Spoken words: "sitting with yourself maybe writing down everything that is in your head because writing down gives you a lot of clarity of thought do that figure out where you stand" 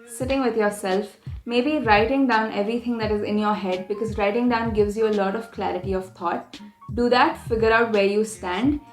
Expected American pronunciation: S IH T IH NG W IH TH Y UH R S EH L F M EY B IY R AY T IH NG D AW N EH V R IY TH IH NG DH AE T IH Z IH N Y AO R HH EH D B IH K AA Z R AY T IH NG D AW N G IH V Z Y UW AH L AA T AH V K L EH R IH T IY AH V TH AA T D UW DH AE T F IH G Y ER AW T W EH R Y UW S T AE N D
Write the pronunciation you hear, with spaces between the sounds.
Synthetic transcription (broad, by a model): S IH T IH NG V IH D Y UH R S EH L F M EY B IY R AY T IH NG D AW N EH V R IY T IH NG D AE T IH Z IH N Y AO R HH EH D B IH K AA Z R AY T IH NG D AW N G IH V Z Y UW AH L AA T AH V K L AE R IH T IY AH V T AA T D UW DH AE T F IH G Y ER AW T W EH R Y UW S T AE N D